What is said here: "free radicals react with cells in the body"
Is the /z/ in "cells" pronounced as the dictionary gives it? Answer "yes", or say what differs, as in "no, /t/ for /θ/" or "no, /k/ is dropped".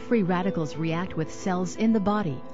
yes